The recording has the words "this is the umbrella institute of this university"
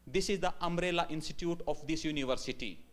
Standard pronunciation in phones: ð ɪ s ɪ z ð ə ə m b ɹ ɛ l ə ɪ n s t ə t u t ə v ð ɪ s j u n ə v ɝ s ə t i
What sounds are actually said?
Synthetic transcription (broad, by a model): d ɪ s ɪ z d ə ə m ɹ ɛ l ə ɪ n s t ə t u t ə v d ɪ s j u n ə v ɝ s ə t i